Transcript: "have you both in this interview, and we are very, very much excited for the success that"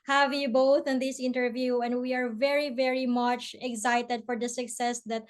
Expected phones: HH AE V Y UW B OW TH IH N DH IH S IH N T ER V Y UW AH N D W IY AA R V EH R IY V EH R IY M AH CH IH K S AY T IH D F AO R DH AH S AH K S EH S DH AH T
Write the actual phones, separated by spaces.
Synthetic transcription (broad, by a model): HH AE V Y UW B OW TH IH N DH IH S IH N T ER V Y UW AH N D W IY AA R V EH R IY V EH R IY M AH CH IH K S AY T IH D F AO R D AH S AH K S EH S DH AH T